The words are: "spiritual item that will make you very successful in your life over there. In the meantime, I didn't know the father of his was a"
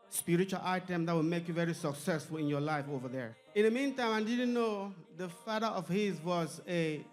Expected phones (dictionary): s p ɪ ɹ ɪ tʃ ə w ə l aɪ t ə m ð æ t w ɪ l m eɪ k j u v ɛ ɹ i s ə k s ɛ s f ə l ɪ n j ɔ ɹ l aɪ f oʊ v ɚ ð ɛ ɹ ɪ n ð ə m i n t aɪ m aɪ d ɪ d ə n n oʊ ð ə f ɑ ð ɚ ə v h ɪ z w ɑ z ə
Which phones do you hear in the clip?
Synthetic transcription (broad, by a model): s p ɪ ɹ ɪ tʃ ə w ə l aɪ t ə m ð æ t w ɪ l m eɪ k j u v ɛ ɹ i s ə k s ɛ s f ə l ɪ n j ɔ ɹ l aɪ f oʊ v ɚ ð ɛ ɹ ɪ n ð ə m i n t aɪ m aɪ d ɪ d ə n n oʊ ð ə f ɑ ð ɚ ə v h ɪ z w ɑ z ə